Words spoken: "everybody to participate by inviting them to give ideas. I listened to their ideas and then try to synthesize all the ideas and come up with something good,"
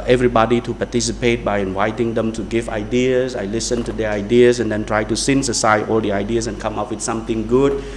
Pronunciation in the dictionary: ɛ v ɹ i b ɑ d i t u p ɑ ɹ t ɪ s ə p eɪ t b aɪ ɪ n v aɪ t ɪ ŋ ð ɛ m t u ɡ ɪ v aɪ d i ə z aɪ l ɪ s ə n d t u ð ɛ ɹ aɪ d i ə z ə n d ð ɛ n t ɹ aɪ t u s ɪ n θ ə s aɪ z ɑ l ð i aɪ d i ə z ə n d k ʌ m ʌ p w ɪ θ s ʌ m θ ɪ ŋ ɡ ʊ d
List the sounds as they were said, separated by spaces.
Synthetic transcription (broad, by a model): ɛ v ɹ i b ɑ d i t u p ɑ t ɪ s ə p eɪ t b aɪ ɪ n v aɪ t ɪ ŋ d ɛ m t u ɡ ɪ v aɪ d i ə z aɪ l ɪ s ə n t u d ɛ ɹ aɪ d i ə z ə n d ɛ n t ɹ aɪ t u s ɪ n s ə s aɪ ɑ l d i aɪ d i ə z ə n k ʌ m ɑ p w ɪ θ s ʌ m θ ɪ ŋ ɡ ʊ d